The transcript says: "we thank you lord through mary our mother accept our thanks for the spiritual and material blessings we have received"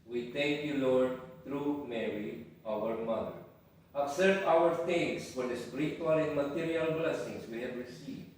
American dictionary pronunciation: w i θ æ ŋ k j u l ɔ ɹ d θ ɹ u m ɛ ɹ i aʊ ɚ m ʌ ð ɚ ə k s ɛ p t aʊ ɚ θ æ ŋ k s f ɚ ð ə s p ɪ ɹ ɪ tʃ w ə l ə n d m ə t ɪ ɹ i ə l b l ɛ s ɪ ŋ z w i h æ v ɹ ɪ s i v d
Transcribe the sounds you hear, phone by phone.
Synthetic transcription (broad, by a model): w i t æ ŋ k j u l ɔ ɹ d t ɹ u m ɛ ɹ i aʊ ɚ m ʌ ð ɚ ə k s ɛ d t aʊ ɚ t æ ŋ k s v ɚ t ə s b ɹ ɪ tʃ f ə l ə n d m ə t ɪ ɹ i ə l b l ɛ s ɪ ŋ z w i h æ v ɹ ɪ s i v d